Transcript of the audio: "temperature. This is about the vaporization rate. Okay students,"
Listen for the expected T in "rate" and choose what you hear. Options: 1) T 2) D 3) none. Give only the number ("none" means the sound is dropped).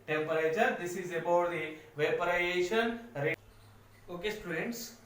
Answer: 3